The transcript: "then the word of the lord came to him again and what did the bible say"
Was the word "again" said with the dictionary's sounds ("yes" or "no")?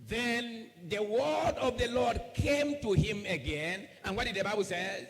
yes